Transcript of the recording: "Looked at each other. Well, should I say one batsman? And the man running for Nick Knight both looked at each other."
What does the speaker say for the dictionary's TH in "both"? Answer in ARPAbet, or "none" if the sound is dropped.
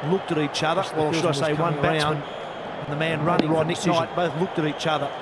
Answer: TH